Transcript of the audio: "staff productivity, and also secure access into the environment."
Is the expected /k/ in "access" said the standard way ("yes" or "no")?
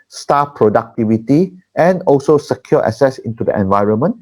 no